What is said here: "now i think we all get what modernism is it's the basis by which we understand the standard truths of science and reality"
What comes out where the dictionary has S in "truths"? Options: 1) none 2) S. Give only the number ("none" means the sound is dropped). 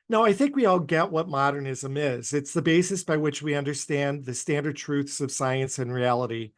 2